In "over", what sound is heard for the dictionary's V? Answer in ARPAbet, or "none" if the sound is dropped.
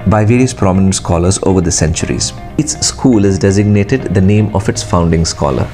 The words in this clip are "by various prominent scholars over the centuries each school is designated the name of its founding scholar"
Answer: V